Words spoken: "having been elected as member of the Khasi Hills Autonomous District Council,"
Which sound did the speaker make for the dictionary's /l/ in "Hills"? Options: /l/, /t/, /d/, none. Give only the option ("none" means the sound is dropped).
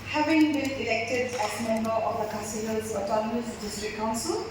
none